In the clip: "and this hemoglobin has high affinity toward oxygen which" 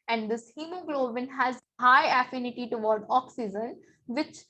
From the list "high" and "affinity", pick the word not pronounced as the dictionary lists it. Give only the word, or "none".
none